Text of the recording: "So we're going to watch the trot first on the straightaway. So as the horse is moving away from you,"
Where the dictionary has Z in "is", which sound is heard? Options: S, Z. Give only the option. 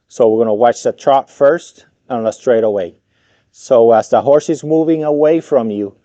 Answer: Z